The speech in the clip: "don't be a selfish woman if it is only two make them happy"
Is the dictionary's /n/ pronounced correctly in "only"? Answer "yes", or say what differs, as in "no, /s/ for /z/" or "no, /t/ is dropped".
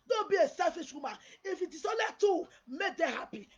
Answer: no, /n/ is dropped